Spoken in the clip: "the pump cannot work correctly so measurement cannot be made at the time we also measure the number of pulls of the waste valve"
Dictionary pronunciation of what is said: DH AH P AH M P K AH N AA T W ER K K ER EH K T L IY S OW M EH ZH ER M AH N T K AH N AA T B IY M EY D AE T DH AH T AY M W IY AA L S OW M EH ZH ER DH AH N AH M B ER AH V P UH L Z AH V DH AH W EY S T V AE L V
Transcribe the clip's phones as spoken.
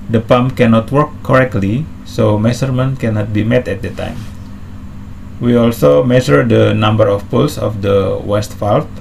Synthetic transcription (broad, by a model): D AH P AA M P K AH N AA T W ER K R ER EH K T L IY S OW M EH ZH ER M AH N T K AH N AA T B IY M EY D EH T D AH T AY M W IY AA L S OW M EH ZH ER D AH N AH M B ER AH F P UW L S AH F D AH W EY S T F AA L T